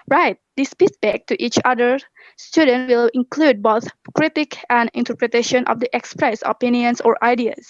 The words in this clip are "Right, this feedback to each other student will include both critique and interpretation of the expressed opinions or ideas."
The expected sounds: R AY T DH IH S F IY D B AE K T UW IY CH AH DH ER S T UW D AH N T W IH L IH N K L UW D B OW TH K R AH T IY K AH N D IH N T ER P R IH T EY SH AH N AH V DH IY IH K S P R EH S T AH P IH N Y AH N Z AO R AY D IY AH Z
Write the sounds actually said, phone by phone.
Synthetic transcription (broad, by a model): R AY T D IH S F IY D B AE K T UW IY CH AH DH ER S T UW D AH N T W IH L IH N K L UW D B OW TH K R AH T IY K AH N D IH N T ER P R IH T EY SH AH N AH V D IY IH K S P R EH S AH P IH N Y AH N S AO R AY D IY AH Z